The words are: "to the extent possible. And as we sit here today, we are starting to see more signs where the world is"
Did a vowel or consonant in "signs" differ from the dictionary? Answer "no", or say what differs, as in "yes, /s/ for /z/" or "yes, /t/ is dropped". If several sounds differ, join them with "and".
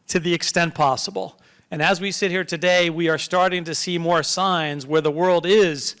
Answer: no